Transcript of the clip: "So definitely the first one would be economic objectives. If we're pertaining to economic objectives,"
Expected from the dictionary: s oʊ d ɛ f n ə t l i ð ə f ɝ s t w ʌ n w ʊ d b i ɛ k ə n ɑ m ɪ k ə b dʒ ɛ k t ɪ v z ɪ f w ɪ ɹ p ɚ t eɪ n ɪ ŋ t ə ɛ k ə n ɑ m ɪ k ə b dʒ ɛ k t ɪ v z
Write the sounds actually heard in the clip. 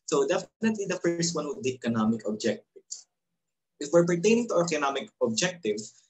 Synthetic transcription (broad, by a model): s oʊ d ɛ f n ə t l i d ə f ɝ s t w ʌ n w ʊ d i ɛ k ə n ɑ m ɪ k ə b dʒ ɛ k t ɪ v s ɪ f w ɪ ɹ p ɚ t eɪ n ɪ ŋ t ə ɛ k ə n ɑ m ɪ k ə b dʒ ɛ k t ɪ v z